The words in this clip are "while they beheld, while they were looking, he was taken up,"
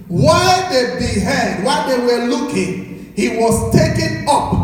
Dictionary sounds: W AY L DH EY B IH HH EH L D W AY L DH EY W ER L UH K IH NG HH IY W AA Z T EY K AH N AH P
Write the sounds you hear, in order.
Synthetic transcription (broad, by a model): W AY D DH EY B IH HH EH D W AY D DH EY W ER L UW K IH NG HH IY W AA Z T EY K AH N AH P